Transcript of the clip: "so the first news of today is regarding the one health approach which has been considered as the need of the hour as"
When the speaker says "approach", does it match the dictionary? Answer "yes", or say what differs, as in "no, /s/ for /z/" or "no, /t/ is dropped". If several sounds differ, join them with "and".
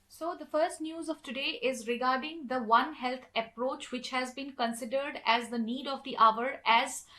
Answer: yes